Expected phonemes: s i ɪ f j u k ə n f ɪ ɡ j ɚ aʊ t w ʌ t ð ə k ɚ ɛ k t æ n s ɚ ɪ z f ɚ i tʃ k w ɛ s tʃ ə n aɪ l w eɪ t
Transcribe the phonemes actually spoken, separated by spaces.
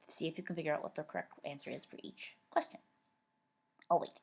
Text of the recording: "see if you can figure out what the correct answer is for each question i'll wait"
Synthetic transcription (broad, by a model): s i ɪ f j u k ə n f ɪ ɡ j ɚ aʊ t w ʌ t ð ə k ɚ ɛ k t æ n s ɚ ɪ z f ɚ i tʃ k w ɛ s tʃ ə n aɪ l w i